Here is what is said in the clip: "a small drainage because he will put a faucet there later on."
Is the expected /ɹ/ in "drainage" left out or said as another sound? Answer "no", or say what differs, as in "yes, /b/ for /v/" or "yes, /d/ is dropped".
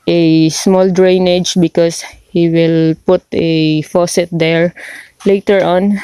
no